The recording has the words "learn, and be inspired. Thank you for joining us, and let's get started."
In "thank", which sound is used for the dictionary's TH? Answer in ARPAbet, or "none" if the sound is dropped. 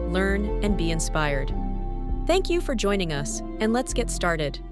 TH